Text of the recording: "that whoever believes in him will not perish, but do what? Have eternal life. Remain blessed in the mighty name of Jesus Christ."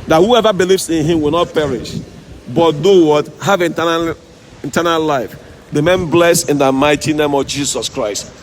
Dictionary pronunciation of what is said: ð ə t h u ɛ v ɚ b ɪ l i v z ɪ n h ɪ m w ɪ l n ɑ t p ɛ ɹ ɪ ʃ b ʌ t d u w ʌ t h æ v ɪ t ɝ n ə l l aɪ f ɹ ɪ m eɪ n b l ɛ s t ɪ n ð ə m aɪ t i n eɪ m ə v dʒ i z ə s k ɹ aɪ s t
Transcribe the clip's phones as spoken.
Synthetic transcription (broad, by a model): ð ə t h u ɛ v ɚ b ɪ l i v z ɪ n h ɪ m w ɪ l n ɑ t p ɛ ɹ ɪ ʃ b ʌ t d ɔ w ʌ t h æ v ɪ t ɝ n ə l l aɪ f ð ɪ m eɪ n b l ɛ s ɪ n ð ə m aɪ t i n eɪ m ə v dʒ i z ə s k ɹ aɪ s t